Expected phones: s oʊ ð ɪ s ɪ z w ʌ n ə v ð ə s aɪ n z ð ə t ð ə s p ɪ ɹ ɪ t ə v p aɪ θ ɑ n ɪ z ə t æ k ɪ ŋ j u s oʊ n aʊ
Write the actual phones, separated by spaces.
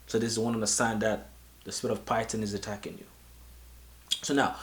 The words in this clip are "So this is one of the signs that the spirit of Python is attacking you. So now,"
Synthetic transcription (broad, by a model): s oʊ ð ɪ s ɪ z w ʌ n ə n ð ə s aɪ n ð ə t ð ə s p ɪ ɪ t ə v p aɪ t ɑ n ɪ z ə t æ k ɪ ŋ j u s oʊ n aʊ